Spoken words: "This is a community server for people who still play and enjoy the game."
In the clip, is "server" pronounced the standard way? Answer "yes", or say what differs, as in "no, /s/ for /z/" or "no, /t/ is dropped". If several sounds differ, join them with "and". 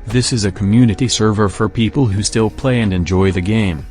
yes